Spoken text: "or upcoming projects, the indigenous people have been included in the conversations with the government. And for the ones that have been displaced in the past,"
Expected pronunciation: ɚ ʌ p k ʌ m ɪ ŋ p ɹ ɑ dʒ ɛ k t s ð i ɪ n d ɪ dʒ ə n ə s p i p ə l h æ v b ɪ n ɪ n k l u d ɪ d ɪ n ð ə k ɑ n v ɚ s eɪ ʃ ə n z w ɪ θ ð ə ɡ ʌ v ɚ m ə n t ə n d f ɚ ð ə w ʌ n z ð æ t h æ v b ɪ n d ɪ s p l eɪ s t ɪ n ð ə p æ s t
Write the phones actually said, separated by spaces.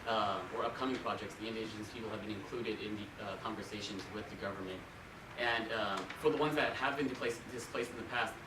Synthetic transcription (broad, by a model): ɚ ʌ p k ʌ m ɪ ŋ p ɹ ɑ dʒ ɛ k t s ð i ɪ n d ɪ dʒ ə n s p i p l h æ v b ɪ n ɪ n k l u d ɪ d ɪ n ð ə k ɑ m v ɚ s eɪ ʃ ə n z w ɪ ð ə ɡ ʌ v ɚ m ə n t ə n f ɚ ð ə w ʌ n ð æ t h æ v b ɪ n d ɪ s p l eɪ s t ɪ n ð ə p æ s t